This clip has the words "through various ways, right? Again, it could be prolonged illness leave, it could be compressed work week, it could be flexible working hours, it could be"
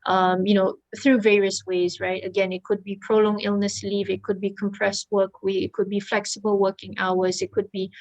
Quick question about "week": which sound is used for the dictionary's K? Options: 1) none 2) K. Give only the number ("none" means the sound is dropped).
1